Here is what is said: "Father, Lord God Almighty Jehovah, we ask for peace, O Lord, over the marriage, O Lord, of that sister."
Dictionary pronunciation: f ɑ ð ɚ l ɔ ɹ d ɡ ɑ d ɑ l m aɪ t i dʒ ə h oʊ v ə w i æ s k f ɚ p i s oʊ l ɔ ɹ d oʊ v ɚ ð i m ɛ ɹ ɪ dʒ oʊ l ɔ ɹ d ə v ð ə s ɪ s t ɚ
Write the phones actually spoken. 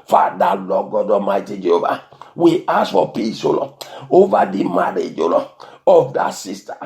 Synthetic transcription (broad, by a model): f ɑ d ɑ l ɔ ɡ ɑ d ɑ m aɪ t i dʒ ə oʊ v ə w i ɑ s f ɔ p i s oʊ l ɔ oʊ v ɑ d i m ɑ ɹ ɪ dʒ oʊ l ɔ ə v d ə s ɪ s t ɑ